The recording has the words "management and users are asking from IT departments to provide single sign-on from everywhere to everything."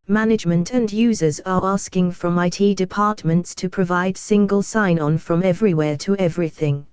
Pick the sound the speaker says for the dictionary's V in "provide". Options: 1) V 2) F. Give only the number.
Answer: 1